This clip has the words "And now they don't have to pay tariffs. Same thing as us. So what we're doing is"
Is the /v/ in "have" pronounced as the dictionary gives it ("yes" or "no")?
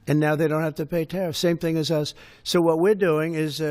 no